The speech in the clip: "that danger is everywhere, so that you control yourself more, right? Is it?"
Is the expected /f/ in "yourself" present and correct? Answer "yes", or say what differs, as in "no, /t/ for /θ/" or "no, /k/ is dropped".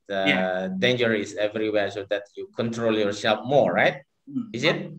no, /p/ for /f/